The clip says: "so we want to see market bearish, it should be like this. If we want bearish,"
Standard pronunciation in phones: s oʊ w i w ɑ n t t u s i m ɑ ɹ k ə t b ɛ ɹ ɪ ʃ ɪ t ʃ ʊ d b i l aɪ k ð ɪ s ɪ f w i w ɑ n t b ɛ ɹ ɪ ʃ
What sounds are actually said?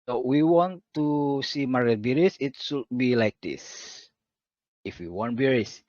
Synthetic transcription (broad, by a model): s oʊ w i w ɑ n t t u s i m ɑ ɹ ə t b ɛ ɹ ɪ s ɪ t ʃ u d b i l aɪ k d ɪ s ɪ f w i w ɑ n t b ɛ ɹ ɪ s